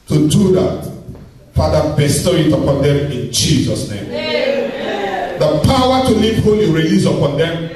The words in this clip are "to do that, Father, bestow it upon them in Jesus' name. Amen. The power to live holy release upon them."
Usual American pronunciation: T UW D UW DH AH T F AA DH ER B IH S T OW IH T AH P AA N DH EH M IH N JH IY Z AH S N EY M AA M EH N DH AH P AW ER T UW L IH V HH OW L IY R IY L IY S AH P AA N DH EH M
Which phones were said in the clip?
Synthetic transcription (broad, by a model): T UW D UW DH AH T F AA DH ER B IH S T OW IH T AH P AA N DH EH M IH N JH IY Z AH S N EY AA M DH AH P AW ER T UW L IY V HH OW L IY R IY L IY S AH P AA N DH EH M